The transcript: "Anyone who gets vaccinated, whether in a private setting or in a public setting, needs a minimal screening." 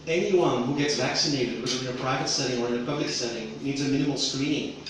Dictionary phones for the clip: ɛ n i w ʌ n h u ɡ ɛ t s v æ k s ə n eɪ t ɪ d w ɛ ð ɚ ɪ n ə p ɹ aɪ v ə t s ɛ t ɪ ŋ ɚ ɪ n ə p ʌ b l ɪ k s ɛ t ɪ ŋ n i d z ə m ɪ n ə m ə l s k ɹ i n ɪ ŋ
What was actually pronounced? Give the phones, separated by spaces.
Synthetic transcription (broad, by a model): ɛ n i w ʌ n h u ɡ ɛ t s v æ k s ə n eɪ t ɪ d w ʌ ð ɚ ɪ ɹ p ɹ aɪ v ə t s ɛ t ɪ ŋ ɚ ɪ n ə p ʌ b l ɪ k s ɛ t ɪ ŋ n i d z ə m ɪ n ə m l s k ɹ i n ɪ ŋ